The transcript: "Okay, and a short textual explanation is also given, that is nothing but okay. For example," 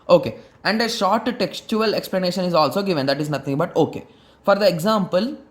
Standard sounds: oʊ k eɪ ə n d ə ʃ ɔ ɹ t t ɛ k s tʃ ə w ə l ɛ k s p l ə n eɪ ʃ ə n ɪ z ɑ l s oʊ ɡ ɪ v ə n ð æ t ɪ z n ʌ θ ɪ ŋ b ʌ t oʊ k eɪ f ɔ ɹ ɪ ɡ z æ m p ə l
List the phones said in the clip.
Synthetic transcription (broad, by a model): oʊ k eɪ ə n d ə ʃ ɔ ɹ t t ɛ k s tʃ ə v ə l ɛ k s p l ə n eɪ ʃ ə n ɪ z ɑ l s oʊ ɡ ɪ v ə n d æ t ɪ z n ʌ t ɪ ŋ b ʌ t oʊ k eɪ f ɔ ɹ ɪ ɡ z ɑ m p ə l